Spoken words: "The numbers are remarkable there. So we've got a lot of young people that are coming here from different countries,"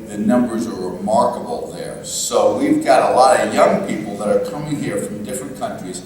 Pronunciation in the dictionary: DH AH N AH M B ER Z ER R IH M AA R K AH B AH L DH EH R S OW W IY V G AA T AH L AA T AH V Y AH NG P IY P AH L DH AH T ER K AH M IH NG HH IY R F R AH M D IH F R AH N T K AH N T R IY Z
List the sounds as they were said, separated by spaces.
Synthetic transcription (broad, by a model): DH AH N AH M B ER Z ER R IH M AA R K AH B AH L DH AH R S OW W IY V G AA T AH L AA T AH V Y AH NG P IY P L DH AH T ER K AH M IH NG HH IY R F R AH M D IH F R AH N K AH N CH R IY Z